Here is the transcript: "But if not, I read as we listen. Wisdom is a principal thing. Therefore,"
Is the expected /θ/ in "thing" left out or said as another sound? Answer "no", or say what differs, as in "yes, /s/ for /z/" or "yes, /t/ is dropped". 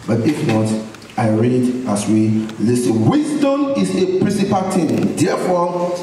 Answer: yes, /t/ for /θ/